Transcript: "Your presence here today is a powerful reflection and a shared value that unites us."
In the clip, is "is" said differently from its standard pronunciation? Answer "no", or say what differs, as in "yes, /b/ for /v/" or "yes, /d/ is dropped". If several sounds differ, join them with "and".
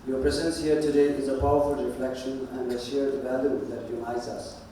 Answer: no